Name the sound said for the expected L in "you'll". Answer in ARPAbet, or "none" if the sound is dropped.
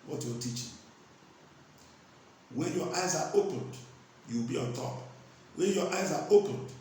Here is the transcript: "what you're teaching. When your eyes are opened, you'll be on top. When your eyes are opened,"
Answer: W